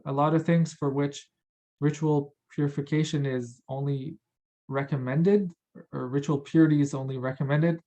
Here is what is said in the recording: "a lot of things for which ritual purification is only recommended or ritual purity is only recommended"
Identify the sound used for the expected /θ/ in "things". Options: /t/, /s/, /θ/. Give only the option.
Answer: /θ/